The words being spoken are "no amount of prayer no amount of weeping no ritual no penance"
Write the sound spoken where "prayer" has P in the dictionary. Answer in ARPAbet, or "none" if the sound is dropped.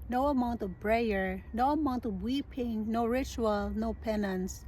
B